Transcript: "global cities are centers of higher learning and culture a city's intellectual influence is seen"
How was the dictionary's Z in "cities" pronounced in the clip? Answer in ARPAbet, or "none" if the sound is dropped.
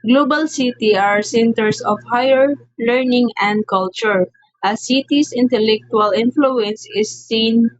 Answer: none